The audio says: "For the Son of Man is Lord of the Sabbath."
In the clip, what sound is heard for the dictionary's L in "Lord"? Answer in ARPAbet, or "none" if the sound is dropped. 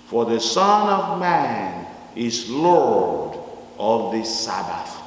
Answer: L